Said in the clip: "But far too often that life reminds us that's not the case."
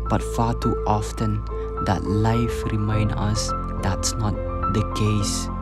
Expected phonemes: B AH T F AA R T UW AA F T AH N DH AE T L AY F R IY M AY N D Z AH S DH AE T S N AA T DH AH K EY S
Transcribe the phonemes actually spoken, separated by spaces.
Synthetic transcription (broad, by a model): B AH T F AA T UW AA F T AH N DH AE T L AY F R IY M AY N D AH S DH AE T S N AA T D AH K EY S